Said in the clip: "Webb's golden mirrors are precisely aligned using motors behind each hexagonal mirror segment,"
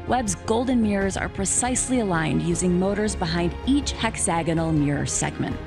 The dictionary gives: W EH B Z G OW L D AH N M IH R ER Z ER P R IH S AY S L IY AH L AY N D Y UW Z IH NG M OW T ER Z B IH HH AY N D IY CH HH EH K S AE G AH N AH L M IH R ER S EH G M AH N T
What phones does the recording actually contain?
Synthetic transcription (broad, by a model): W EH B Z G OW L D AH N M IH R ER Z ER P R IH S AY S L IY AH L AY N D Y UW Z IH NG M OW T ER Z B IH HH AY N D IY CH HH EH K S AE G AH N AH L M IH R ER S EH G M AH N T